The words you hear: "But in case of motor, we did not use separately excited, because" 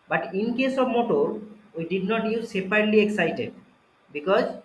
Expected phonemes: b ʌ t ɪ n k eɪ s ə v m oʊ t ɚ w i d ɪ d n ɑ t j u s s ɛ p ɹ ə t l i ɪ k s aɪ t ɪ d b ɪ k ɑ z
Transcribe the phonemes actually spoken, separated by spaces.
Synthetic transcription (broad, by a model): b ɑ t ɪ n k eɪ s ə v m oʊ t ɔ w i d ɪ d n ɑ t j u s s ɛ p ə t l i ɪ k s aɪ t ɪ d b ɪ k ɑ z